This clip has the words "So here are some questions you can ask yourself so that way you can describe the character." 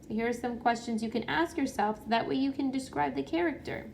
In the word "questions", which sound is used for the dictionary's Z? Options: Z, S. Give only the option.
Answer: Z